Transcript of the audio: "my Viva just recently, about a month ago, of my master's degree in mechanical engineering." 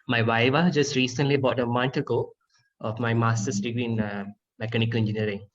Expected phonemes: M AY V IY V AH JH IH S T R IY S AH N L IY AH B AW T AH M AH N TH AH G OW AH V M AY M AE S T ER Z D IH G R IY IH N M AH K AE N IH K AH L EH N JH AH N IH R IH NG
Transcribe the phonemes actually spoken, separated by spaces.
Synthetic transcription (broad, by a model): M AY W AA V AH JH IH S T R IY S AH N L IY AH B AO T AH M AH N T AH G OW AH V M AY M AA S T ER S D IH G R IY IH N M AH K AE N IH K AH L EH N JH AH N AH R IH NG